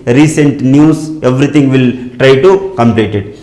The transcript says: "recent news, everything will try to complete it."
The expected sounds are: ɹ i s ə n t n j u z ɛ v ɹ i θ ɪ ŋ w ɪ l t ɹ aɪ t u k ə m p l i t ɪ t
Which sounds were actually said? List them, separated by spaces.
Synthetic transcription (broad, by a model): ɹ i s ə n t n j u s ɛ v ɹ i t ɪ ŋ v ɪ l t ɹ aɪ t u k ə m p l i t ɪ t